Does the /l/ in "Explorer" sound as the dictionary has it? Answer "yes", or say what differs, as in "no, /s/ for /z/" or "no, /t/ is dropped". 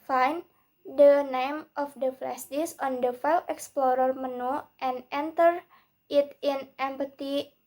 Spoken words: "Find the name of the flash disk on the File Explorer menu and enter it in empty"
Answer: yes